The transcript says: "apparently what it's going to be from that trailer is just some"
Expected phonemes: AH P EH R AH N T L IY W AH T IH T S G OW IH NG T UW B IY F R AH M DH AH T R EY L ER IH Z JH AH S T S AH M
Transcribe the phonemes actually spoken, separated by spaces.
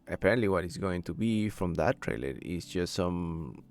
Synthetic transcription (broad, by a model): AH P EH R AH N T L IY W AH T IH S G OW IH NG T UW B IY F R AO M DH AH T R EY L ER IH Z JH AH S T S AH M